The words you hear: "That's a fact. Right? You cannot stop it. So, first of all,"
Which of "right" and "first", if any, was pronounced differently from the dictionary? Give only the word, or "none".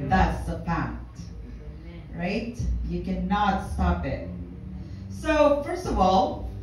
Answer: none